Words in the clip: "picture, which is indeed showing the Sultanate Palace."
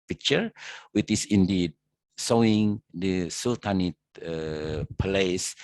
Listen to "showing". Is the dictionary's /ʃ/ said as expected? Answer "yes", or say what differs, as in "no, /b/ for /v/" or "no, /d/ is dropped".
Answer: no, /s/ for /ʃ/